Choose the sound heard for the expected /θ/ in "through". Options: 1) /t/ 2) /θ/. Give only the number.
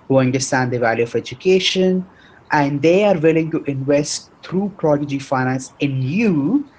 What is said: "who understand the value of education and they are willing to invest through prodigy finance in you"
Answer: 1